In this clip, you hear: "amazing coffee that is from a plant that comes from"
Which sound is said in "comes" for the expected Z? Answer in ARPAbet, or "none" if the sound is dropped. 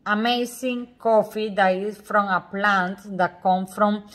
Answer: none